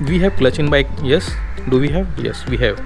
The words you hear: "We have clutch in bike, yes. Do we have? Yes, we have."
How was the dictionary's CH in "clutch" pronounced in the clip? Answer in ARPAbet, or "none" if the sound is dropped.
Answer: CH